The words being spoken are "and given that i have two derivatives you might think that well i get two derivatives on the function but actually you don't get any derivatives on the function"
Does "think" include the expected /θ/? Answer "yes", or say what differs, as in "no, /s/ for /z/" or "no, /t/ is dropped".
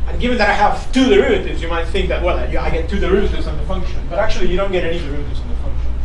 yes